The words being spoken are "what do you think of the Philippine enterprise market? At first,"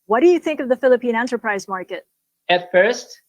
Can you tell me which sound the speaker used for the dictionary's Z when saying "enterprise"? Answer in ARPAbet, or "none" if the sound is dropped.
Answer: Z